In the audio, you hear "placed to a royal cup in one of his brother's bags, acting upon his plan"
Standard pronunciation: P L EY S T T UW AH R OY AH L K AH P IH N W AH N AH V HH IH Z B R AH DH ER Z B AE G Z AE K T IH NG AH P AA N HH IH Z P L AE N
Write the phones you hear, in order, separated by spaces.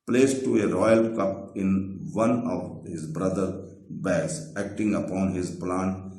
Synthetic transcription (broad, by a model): P L EY S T T UW AH R OY AH L K AH P IH N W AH N AH V HH IH Z B R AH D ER B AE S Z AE K T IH NG AH P AA N HH IH Z P L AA N